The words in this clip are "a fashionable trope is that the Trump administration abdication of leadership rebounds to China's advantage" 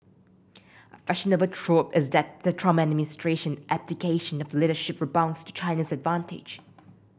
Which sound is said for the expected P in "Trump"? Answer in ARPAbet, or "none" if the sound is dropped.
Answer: none